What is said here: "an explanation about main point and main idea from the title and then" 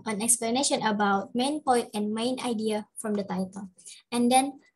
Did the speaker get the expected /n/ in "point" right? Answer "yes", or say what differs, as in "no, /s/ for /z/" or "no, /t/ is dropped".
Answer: no, /n/ is dropped